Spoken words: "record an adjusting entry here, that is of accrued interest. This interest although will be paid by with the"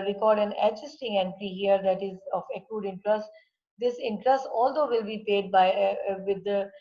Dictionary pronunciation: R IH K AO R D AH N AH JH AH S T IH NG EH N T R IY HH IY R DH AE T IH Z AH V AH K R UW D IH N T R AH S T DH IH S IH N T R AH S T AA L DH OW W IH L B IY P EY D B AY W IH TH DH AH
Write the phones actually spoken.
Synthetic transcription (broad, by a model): R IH K AO R D AH N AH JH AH S T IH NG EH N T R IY HH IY R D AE T IH Z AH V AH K UW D IH N T R AH S T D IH S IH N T R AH S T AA L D OW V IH L B IY P EY D B AY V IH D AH